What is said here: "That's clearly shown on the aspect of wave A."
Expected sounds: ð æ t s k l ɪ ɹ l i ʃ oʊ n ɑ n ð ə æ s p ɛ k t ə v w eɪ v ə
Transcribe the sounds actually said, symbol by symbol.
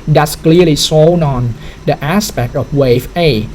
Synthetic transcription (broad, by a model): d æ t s k l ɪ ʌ l i s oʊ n ɑ n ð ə æ s p ɛ k t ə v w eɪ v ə